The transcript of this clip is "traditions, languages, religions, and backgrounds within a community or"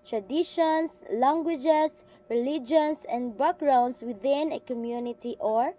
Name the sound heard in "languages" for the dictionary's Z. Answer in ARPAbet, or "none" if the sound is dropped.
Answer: S